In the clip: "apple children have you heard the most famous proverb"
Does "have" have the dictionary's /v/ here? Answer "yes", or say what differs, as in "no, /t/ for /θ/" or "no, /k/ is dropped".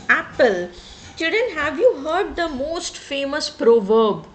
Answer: yes